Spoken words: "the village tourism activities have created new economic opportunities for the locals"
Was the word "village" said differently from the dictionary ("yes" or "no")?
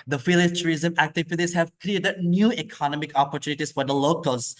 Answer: yes